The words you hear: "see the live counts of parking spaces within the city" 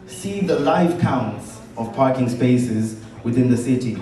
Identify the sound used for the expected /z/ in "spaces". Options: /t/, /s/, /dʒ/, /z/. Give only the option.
/z/